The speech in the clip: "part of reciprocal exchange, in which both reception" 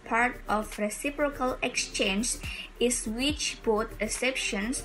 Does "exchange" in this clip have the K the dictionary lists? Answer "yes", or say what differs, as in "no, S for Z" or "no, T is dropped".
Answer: yes